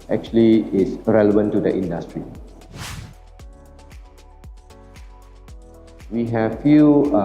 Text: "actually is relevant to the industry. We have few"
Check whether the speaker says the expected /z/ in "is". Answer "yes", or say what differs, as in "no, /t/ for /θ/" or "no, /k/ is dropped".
no, /s/ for /z/